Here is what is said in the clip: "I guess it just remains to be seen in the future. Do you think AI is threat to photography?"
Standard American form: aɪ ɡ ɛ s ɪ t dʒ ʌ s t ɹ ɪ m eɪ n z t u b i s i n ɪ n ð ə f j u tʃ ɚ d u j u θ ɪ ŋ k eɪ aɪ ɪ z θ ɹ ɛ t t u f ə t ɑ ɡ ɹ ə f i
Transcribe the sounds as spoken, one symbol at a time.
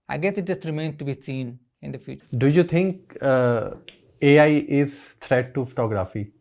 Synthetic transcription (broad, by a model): aɪ ɡ ɛ s ɪ t dʒ ʌ s t ɹ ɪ m eɪ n t u b i s i n ɪ n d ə f j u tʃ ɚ d u j u t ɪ ŋ k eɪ aɪ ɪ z t ɹ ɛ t t u f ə t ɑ ɡ ɹ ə f i